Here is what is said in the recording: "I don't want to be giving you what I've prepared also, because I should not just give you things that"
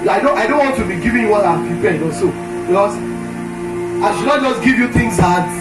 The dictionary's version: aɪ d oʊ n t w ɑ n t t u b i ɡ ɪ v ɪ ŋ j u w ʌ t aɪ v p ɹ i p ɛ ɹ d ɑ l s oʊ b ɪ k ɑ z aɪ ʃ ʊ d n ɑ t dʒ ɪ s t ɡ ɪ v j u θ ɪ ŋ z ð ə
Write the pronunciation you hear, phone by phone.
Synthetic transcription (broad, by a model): aɪ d oʊ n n w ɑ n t t u b i ɡ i v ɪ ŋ j u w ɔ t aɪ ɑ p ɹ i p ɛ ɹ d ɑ s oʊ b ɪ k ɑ s aɪ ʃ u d n ɑ t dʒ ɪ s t ɡ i v j u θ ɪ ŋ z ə